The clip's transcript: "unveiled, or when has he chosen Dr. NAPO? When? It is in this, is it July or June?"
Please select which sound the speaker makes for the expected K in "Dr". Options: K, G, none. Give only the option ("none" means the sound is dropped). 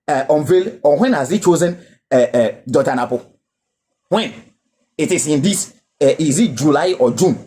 none